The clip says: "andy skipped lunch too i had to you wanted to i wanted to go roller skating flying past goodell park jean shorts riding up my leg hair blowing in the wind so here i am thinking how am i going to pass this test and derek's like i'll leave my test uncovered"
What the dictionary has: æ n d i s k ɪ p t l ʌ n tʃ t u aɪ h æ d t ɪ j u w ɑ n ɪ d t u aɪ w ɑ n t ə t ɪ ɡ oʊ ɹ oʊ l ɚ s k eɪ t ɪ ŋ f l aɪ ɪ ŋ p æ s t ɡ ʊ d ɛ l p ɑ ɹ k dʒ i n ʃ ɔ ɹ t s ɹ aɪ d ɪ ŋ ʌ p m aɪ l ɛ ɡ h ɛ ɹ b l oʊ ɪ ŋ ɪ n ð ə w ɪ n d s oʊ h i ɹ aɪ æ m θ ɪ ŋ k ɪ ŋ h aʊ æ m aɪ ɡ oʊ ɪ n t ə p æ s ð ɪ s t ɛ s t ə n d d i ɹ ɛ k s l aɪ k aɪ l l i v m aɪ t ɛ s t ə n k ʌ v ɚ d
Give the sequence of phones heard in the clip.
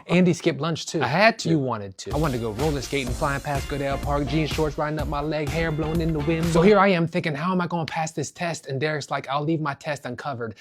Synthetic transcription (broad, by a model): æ n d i s k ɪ p l ʌ n tʃ t u aɪ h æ d t ɪ w ɑ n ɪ d t u aɪ w ɑ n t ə t ɪ ɡ oʊ ɹ oʊ l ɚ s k eɪ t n f l aɪ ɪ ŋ p æ s ɡ ʊ d ɛ l p ɑ ɹ k dʒ i n ʃ ɔ ɹ t s ɹ aɪ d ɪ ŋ ʌ p m aɪ l ɛ ɡ h ɛ ɹ b l oʊ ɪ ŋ ɪ n ð ə w ɪ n s oʊ h i ɹ aɪ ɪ m θ ɪ ŋ k ɪ ŋ h aʊ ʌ m aɪ ɡ oʊ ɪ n p æ s ð ɪ s t ɛ s t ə n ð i ɹ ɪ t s l aɪ k aɪ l l i v m aɪ t ɛ s t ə n k ʌ v ɚ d